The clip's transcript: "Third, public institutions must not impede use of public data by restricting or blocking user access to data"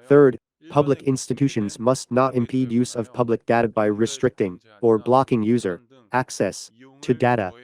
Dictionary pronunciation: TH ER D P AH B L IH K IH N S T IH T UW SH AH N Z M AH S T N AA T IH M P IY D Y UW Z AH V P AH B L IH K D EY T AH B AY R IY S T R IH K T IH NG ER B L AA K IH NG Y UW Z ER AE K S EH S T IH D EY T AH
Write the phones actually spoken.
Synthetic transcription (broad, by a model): TH ER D P AH B L IH K IH N S T IH T UW SH AH N Z M AH S T N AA T IH M P IY D Y UW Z AH V P AH B L IH K D EY T AH B AY R IY S T R IH K T IH NG ER B L AA K IH NG Y UW Z ER AE K S EH S T IH D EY T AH